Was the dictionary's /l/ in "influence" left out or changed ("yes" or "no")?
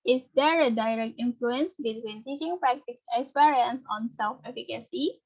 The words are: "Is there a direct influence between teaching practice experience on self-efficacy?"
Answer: no